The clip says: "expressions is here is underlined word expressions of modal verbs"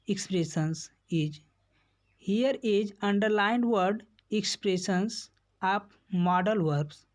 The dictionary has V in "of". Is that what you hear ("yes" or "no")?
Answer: no